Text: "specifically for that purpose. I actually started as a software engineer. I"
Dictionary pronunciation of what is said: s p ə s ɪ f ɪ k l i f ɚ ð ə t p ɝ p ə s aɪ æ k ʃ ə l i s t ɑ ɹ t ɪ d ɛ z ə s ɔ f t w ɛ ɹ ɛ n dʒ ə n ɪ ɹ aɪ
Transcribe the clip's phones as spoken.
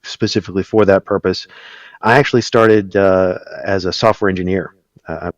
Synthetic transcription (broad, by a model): s p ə s ɪ f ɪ k l i f ɚ ð ə t p ɝ p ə s aɪ æ k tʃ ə l i s t ɑ ɹ t ɪ d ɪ z ə s ɔ f t w ɛ ɹ ɛ n dʒ ə n ɪ ɹ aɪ